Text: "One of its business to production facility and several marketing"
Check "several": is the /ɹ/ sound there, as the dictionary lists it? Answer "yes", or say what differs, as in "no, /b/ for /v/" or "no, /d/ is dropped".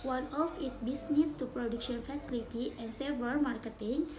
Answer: no, /ɹ/ is dropped